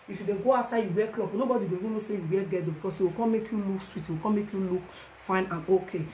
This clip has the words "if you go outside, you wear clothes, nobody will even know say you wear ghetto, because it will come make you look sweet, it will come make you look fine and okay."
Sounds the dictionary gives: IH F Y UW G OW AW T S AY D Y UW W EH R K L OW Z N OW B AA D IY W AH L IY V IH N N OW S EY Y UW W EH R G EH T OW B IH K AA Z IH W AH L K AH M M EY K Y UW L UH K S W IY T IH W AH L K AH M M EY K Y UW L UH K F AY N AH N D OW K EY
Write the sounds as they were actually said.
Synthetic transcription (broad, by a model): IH F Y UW G OW AW S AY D Y UW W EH K L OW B N OW B AA D IY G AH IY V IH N N OW S EY Y UW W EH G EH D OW B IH K AA S IH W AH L K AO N M EY K Y UW L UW K S W IY T IH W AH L K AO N M EY K Y UW L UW K F AY N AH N OW K EY